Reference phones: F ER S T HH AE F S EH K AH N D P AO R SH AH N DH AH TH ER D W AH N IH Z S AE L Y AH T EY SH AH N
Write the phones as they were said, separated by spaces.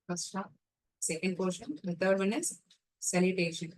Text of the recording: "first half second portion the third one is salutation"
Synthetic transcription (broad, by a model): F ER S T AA P S EH K AH N D P AO R SH AH N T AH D D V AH N IH Z S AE L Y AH T EY SH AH N